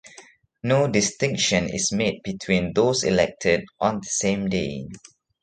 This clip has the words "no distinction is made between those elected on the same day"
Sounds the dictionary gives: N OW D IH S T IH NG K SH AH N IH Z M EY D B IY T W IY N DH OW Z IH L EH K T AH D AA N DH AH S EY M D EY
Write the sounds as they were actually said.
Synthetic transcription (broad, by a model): N OW D IH S T IH NG K SH AH N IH S M EY D B IY T W IY N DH OW S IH L EH K T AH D AA N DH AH S EY M D EY